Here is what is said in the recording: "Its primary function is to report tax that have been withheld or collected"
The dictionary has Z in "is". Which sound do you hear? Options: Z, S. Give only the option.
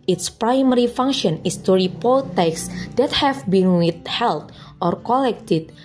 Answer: S